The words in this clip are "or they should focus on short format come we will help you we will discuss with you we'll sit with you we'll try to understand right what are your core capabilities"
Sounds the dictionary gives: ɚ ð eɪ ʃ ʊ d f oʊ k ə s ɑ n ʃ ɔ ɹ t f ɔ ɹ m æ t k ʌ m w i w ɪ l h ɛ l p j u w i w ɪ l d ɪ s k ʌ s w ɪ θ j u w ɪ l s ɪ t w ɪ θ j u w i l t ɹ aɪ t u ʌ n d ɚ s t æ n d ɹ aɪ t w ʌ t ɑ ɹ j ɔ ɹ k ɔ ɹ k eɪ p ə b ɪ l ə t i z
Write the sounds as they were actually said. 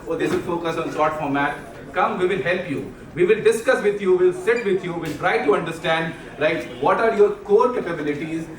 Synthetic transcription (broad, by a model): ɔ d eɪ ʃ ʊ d f oʊ k ə s ɑ n s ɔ ɹ t f ɔ ɹ m æ t k ʌ m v i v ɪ l h ɛ l p j u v i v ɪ l d ɪ s k ʌ s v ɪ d j u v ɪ l s ɪ t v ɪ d j u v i l t ɹ aɪ t u ʌ n d ɚ s t æ n d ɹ aɪ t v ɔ t ɑ ɹ j ɔ ɹ k ɔ ɹ k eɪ p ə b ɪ l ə t i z